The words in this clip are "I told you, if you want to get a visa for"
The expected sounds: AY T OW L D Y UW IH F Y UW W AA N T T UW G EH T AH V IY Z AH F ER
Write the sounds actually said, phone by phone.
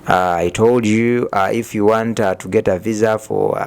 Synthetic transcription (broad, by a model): AY T OW L D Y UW IH F Y UW W AA N T T UW G EH T AH V IY Z AH F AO